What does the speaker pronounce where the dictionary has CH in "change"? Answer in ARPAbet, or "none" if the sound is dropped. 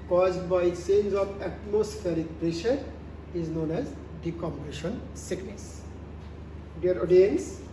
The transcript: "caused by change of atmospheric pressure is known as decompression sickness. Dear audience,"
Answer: S